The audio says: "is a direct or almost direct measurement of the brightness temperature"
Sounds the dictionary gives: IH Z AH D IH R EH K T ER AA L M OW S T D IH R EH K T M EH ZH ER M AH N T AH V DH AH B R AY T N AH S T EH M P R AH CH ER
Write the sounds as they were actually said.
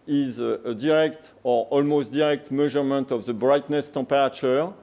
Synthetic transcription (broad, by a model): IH Z AH D IH R EH K T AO AA L M OW S T D IH R EH K T M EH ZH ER M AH N T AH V DH AH B R AY T N AH S T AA P R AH CH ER